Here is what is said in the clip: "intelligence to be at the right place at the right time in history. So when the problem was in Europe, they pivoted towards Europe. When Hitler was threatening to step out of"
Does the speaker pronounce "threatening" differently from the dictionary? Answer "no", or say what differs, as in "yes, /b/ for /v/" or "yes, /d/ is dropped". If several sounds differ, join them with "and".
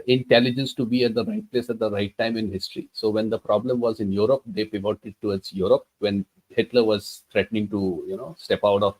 yes, /t/ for /θ/